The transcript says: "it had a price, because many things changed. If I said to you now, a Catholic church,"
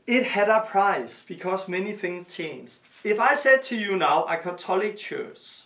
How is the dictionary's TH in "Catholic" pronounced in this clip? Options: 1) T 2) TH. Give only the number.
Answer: 1